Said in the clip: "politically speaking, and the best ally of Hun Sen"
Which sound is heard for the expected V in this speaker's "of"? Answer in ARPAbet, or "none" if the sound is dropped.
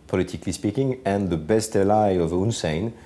V